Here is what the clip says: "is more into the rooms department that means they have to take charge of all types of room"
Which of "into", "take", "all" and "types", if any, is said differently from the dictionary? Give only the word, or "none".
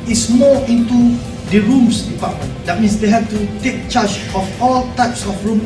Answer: none